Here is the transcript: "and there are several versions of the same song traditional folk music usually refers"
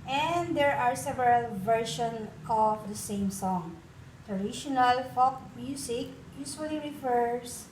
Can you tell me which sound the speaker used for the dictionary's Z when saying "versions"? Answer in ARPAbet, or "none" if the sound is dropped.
none